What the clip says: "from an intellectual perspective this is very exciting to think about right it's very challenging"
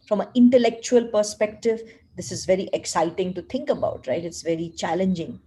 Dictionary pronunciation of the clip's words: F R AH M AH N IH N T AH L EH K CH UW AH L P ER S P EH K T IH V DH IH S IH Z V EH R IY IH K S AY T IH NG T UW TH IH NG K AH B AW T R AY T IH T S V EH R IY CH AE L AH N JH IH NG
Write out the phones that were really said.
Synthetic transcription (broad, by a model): F R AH M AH IH N T AH L EH K CH UW AH L P ER S P EH K T IH V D IH S IH Z V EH R IY IH K S AY T IH NG T UW T IH NG K AH B AW T R AY T IH T S V EH R IY CH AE L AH N JH IH NG